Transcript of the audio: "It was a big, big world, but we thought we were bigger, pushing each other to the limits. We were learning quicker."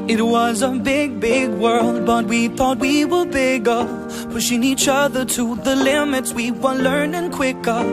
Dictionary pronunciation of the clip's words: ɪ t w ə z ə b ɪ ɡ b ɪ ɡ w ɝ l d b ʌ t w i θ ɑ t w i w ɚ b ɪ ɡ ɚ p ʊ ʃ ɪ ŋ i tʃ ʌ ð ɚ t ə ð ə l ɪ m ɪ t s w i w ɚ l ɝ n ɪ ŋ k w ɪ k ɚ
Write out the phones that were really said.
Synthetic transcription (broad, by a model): ɪ t w ə z ə b ɪ ɡ b ɪ ɡ w ɝ l d b ʌ t w i θ ɑ t w i w ɚ b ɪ ɡ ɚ f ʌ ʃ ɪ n i tʃ ʌ ð ɚ t ə ð ə l ɪ m ɪ t s w i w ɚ l ɝ n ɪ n k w ɪ k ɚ